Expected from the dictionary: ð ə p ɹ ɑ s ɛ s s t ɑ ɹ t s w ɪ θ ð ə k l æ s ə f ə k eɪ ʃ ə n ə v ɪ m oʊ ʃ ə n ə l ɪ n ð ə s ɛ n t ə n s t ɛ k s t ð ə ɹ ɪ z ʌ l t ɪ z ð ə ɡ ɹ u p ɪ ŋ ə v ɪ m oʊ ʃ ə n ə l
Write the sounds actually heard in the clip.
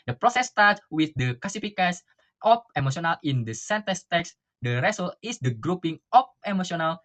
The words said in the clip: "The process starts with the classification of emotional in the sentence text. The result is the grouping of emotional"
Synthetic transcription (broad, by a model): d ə p ɹ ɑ s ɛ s s t ɑ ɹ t w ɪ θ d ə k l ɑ s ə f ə k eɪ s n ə f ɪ m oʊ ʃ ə n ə l ɪ n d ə s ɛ n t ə s t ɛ k s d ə ɹ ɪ s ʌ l ɪ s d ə ɡ ɹ u p ɪ ŋ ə f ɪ m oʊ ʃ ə n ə l